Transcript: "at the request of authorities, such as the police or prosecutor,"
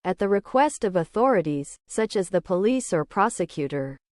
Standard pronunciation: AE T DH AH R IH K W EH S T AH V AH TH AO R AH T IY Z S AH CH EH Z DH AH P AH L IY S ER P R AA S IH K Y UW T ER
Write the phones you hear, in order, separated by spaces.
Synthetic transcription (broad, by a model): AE T DH AH R IH K W EH S T AH V AH TH AO R AH T IY Z S AH CH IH Z DH AH P AH L IY S ER P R AA S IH K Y UW T ER